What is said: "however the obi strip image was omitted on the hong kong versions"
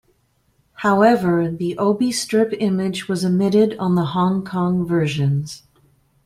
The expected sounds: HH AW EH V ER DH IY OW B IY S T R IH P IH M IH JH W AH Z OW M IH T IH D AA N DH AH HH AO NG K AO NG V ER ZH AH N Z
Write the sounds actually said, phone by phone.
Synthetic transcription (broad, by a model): HH AW EH V ER DH IY OW B IY S T R IH P IH M IH JH W AH Z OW M IH T IH D N DH AH HH AO NG K AO NG V ER ZH AH N Z